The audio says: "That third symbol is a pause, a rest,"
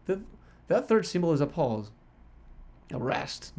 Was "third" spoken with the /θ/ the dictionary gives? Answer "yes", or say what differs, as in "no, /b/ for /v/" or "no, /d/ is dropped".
yes